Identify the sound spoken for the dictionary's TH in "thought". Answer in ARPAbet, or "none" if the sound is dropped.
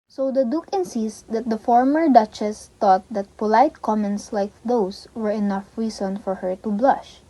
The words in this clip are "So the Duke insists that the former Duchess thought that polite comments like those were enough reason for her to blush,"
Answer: T